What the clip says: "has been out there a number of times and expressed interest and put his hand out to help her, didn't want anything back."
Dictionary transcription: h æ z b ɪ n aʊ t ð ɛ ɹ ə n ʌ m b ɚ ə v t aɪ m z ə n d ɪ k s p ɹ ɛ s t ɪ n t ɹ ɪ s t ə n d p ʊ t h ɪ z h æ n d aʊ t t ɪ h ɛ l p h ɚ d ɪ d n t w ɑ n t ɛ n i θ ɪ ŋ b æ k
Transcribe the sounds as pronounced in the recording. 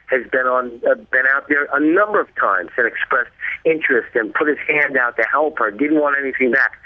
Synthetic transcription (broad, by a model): h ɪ z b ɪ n aʊ t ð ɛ ɹ ə n ʌ m b ɚ ə v t aɪ m z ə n ɪ k s p ɹ ɛ s t ɪ n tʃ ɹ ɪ s t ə n p ʊ t h ɪ z h æ n d aʊ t t ɪ h ɛ l p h ɚ d ɪ d n t w ɑ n t ɛ n i θ ɪ ŋ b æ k